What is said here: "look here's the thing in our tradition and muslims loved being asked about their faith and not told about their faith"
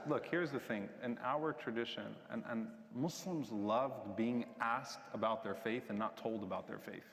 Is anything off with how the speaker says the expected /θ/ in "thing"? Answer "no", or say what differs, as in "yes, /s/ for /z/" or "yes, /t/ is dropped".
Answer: no